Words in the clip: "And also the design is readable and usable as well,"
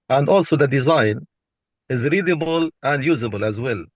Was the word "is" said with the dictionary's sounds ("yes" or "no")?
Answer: yes